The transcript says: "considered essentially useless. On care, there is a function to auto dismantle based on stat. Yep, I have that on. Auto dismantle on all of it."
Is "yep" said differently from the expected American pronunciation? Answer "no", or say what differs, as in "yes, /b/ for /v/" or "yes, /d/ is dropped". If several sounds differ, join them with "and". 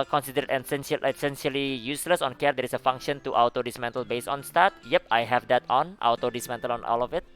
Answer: no